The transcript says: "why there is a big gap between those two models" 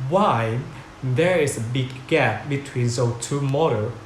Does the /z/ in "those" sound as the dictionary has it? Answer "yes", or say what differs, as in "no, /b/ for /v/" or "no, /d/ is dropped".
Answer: no, /z/ is dropped